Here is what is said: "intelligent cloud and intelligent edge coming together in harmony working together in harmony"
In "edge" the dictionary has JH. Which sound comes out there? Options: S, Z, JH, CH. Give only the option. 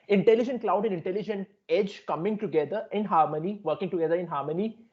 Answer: JH